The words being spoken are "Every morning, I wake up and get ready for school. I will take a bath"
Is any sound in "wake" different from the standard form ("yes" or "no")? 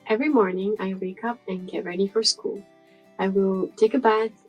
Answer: no